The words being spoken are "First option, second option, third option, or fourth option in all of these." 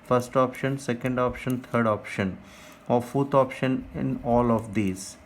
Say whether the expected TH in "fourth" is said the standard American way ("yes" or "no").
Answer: no